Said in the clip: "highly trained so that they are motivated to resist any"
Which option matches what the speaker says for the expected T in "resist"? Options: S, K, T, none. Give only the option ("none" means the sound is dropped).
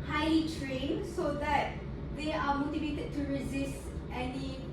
T